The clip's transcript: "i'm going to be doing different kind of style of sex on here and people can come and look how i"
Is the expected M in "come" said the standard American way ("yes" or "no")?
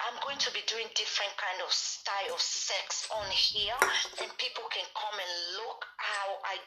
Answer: yes